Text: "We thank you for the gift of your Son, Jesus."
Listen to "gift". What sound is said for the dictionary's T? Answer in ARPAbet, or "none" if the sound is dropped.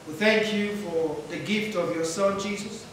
T